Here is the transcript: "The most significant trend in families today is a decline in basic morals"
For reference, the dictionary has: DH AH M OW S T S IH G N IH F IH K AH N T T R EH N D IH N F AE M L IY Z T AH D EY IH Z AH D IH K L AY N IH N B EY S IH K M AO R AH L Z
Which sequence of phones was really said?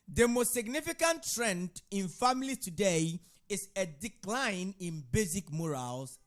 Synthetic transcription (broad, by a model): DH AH M OW S T S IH G N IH F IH K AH N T T R EH N D IH N F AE M L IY T AH D EY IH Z AH D IH K L AY N IH N B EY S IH K M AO R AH L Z